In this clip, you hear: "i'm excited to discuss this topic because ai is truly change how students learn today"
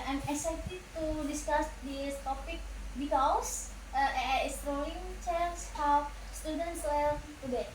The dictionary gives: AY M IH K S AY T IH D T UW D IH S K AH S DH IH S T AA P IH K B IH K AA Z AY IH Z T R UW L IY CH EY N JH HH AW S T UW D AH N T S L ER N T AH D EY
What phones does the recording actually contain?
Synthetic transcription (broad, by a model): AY M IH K S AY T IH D T UW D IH S K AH S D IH S T AA P IH K B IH K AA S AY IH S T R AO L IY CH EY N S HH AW S T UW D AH N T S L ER L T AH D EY